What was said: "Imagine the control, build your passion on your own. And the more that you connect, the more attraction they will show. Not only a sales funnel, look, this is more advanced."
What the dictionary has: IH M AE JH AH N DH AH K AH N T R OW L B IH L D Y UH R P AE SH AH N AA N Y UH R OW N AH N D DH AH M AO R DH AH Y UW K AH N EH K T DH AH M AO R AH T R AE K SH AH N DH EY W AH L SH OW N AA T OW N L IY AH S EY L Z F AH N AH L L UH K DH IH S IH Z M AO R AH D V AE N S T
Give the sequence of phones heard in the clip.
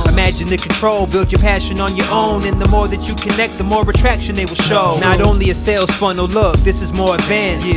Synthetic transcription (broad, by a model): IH M AE JH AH N DH AH K N T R OW L B IH L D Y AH R P AE SH AH N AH N Y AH R OW N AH N DH AH M AO R DH AH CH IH K AH N EH K T DH AH M AO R AH T R AE K SH AH N DH EY W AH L SH OW N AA T OW N L IY AH S EY L Z F AH N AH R L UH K DH IH S IH Z M AO R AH D V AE N S